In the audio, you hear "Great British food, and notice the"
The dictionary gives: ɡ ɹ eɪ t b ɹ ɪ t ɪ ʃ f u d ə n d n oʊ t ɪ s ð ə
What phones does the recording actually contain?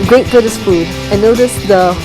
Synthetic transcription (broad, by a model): ɡ ɹ eɪ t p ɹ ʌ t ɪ s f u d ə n n oʊ t ɪ s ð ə